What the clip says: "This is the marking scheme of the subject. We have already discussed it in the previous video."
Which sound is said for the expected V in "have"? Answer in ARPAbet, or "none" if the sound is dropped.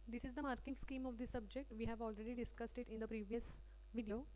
V